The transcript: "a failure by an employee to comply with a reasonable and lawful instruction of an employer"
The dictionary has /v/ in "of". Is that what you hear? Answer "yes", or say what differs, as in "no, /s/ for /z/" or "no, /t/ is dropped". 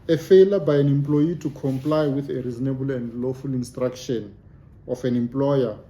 no, /f/ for /v/